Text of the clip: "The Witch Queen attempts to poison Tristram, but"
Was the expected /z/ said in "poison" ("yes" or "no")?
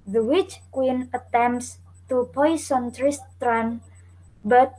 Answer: no